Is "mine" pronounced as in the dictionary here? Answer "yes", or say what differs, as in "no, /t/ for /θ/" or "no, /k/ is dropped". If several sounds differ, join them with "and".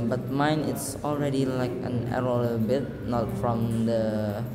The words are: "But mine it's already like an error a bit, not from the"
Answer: yes